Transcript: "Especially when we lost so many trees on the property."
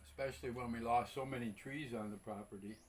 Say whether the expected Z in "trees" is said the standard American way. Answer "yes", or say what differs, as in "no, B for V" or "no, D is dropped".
yes